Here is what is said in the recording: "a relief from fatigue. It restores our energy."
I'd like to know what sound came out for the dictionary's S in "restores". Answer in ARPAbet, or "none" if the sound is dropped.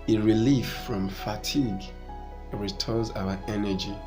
none